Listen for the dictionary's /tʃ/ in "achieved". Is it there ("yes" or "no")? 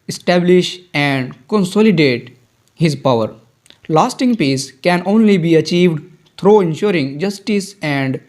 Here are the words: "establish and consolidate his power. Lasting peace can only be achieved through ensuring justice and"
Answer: yes